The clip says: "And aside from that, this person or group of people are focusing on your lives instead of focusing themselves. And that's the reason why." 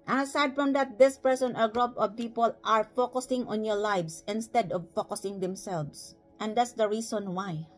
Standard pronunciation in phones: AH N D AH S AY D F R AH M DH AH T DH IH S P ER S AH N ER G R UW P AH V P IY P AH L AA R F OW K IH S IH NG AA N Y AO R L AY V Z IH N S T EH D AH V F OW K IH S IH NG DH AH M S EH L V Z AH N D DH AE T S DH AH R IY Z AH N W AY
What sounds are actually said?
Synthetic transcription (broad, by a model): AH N AH S AY D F R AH M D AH T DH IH S P ER S AH N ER G R UW P AH V P IY P AH L AA R F OW K IH S IH NG AA N Y AO R L AY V S IH N S T EH D AH V F OW K IH S IH NG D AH M S EH L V S AH N D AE T S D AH R IY S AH N W AY